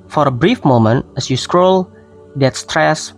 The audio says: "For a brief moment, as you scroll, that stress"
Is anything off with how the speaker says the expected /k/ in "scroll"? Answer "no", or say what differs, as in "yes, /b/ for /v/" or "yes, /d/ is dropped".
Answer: no